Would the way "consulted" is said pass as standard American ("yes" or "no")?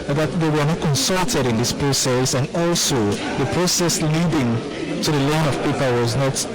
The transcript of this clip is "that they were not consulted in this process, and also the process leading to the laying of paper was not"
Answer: yes